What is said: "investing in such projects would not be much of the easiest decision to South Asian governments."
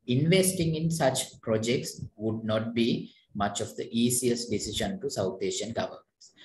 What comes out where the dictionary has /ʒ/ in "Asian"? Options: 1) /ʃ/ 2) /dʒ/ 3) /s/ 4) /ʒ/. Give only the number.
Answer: 1